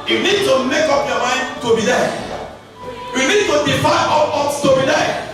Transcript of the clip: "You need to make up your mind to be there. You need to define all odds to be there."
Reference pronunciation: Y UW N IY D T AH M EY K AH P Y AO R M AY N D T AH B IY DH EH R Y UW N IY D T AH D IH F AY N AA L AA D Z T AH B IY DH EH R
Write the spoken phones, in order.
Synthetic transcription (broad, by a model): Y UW N IY D T AH M EY K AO P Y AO M AY N D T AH B IY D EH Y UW N IY D T AH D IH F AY AA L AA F T AH B IY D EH